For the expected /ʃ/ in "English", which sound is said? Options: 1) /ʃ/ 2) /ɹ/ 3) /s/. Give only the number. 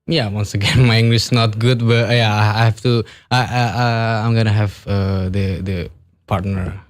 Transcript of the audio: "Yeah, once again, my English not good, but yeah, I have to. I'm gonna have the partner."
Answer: 3